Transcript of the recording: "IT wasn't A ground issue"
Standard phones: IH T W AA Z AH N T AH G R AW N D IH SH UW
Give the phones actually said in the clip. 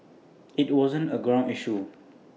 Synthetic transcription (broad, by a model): IH T W AA Z AH N T AH G R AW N IH SH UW